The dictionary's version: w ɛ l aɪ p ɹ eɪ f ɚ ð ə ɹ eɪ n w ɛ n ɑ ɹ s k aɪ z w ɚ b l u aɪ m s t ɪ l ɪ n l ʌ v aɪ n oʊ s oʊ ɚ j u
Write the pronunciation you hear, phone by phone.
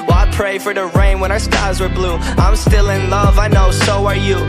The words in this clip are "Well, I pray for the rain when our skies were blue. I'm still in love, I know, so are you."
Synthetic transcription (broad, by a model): w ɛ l aɪ p ɹ eɪ f ɚ ð ə ɹ eɪ n w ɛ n ɑ ɹ s k aɪ z w ɚ b l u aɪ m s t ɪ l ɪ n l ʌ v aɪ n oʊ s oʊ ɚ j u